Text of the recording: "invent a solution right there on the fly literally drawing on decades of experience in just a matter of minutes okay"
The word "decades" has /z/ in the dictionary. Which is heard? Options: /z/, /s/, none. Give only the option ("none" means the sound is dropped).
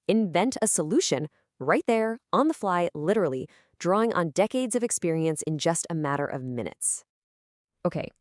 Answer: /z/